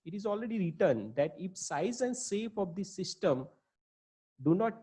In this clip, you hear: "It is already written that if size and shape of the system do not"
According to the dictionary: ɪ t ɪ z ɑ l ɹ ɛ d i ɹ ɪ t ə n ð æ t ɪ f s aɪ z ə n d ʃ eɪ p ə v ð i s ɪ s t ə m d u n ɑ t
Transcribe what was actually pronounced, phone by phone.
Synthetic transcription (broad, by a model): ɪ t ɪ z ɑ l ɹ ɛ d i ɹ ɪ t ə n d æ t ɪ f s aɪ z ə n d s eɪ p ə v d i s ɪ s t ə m d u n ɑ t